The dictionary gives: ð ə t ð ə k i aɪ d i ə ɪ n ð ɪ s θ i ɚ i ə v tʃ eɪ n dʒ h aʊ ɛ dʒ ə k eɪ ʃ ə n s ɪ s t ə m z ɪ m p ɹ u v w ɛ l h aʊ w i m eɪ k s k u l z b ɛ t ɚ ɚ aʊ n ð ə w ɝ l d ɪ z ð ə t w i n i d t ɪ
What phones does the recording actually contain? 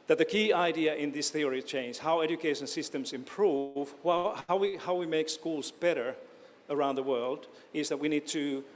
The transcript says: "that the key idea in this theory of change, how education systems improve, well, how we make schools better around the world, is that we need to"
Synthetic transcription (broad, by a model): ð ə t ð ə k i aɪ d i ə ɪ n ð ɪ s θ i ɚ i tʃ eɪ n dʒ h aʊ ɛ dʒ ə k eɪ ʃ ə n s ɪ s t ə m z ɪ m p ɹ u v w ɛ w h aʊ w i m eɪ k s k u l z b ɛ t ɚ ɚ aʊ n ð ə w ɝ l d ɪ z ð ə t w i n i d t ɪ